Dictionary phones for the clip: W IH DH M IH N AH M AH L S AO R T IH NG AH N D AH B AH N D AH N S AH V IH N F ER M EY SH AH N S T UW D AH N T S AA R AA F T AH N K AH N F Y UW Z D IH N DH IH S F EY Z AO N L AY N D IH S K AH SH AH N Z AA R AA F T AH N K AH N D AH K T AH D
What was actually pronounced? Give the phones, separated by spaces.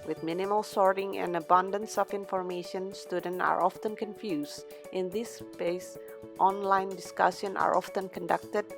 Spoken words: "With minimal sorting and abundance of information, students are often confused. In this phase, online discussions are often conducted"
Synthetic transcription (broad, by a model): W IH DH M IH N AH M AH L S AO R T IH NG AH N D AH B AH N D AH N S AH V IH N F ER M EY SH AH N S T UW D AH N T AA R AA F T AH N K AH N F Y UW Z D IH N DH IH S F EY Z AO N L AY N D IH S K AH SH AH N AA R AA F T AH N K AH N D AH K T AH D